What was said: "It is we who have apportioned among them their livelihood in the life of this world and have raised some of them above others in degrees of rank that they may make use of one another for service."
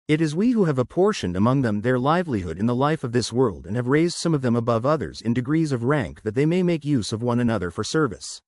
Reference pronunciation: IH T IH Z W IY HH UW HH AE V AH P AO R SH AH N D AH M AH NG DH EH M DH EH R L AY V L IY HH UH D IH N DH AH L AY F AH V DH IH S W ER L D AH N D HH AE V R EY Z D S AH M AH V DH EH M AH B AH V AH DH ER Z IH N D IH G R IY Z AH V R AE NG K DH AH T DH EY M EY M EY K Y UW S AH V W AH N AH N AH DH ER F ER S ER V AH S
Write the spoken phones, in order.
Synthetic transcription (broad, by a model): IH T IH Z W IY HH UW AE V AH P AO R SH AH N D AH M AH NG DH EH M DH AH R L AY V L IY HH UH D IH N DH AH L AY F AH V DH IH S W ER L D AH N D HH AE V R EY Z D S AH M AH V DH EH M AH B AH V AH DH ER Z IH N D IH G R IY Z AH V R AE NG K DH AH T DH EY M EY M EY K Y UW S AH V W AH N AH N AH DH ER F ER S ER V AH S